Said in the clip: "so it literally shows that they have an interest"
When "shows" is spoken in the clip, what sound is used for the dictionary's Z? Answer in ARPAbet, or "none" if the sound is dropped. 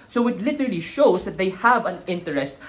S